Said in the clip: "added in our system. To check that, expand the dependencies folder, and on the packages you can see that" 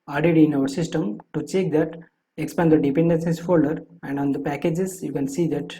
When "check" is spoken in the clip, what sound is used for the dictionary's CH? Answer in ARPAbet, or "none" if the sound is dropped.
CH